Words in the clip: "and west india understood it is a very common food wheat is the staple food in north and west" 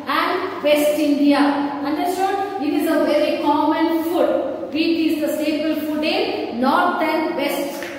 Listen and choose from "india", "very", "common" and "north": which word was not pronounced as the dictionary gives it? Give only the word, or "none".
north